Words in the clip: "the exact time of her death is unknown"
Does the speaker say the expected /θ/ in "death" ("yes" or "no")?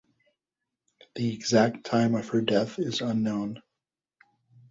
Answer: yes